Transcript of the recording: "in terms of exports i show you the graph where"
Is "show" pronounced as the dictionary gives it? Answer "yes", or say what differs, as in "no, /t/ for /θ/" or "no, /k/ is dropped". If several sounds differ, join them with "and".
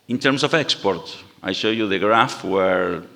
yes